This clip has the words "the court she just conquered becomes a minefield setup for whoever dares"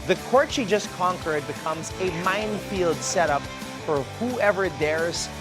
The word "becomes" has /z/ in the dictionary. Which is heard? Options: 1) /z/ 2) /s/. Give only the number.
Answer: 1